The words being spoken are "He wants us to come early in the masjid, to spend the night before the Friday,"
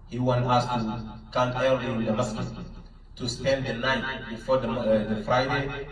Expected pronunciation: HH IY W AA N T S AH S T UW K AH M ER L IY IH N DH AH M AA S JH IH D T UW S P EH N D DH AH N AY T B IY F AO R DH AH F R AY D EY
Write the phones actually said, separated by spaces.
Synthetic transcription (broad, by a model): HH IY W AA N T AH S T UW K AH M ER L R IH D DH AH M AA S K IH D T UW S P EH N D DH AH N AY T B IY F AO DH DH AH F R AY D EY